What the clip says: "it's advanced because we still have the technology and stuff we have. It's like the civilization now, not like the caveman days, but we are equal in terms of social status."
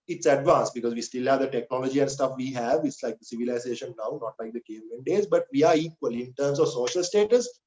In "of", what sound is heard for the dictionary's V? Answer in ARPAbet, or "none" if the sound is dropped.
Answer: V